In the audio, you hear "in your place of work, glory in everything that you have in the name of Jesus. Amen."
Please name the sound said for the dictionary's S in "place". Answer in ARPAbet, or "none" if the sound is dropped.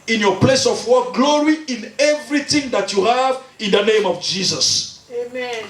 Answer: S